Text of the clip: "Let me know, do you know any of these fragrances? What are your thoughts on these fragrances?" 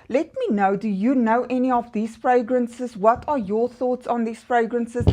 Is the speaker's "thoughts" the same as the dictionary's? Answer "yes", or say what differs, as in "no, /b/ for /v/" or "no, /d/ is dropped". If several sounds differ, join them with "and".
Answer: yes